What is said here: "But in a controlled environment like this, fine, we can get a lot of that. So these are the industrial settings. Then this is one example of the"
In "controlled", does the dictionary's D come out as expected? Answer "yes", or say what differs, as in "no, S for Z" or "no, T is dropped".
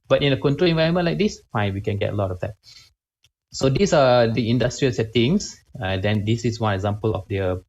no, D is dropped